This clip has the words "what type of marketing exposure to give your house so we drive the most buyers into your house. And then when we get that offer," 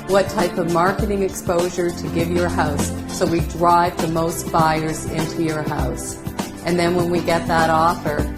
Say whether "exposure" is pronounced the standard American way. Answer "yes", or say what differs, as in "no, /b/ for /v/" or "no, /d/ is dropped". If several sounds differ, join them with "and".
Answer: yes